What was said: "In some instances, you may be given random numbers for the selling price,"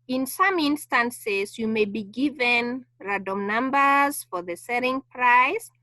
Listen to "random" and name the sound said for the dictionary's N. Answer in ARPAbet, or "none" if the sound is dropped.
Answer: none